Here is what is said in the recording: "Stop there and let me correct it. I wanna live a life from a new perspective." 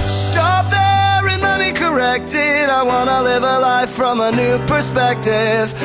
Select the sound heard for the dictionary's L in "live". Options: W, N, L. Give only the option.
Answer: L